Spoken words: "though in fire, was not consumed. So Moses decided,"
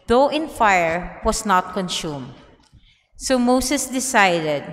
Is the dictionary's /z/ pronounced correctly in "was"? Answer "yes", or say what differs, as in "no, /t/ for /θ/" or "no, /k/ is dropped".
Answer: no, /s/ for /z/